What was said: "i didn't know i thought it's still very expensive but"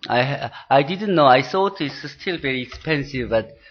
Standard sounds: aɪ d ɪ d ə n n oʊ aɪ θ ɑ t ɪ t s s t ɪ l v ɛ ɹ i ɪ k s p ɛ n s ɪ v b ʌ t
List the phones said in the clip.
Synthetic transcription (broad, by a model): aɪ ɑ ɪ d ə n n oʊ aɪ s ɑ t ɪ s s t ɪ l v ɛ ɹ i ɪ k s p ɛ n s ɪ v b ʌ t